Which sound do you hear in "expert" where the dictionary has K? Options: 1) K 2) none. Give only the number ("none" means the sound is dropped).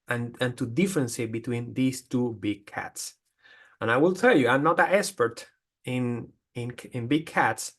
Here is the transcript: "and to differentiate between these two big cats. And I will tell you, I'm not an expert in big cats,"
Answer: 2